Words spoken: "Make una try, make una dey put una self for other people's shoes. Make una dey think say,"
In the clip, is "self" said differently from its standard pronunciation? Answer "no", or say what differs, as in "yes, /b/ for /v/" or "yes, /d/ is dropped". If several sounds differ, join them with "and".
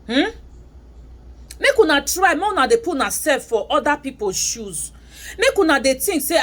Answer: yes, /l/ is dropped